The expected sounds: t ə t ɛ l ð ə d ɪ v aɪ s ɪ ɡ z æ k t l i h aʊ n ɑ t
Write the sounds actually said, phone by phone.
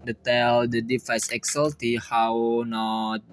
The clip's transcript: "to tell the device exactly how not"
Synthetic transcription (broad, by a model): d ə t ɛ l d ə d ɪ f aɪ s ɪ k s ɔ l t i h aʊ n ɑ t